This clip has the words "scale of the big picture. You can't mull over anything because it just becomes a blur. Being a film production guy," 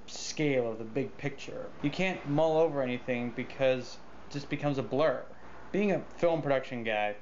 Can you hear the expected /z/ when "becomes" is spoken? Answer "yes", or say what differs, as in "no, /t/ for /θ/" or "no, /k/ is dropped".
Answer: yes